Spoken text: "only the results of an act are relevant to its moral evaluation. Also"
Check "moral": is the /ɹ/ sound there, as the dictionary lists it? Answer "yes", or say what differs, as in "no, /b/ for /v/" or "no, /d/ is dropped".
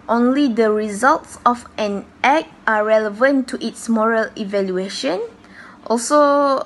yes